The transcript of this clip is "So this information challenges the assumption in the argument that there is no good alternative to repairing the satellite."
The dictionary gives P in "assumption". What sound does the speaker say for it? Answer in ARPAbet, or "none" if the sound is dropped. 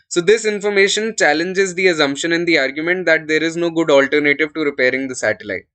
P